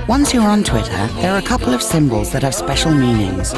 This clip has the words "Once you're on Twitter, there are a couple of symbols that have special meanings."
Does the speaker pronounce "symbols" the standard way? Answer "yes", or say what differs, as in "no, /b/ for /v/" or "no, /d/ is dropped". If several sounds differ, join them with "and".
yes